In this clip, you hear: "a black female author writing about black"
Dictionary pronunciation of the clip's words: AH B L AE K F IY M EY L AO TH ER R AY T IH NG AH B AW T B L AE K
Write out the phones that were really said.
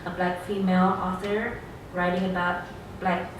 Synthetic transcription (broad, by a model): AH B L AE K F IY M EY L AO S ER R AY T IH NG AH B AW T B L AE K